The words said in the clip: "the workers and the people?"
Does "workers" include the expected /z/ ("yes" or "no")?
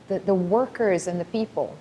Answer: yes